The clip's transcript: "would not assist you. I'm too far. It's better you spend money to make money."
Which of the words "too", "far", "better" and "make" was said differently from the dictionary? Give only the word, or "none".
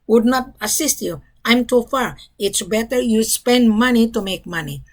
none